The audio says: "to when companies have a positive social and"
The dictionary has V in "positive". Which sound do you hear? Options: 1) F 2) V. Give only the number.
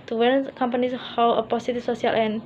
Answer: 1